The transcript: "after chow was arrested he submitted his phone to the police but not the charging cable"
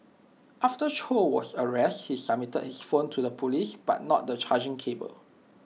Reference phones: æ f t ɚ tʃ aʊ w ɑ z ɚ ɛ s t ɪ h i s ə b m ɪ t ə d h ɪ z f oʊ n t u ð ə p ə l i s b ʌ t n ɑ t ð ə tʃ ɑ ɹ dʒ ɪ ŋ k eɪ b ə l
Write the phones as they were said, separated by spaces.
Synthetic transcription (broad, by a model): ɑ f t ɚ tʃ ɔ w ɑ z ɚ ɛ s t h i s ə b m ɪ t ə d h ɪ s f oʊ n t u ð ə p ə l i s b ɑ t n ɑ t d ə tʃ ɑ dʒ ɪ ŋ k eɪ b ə l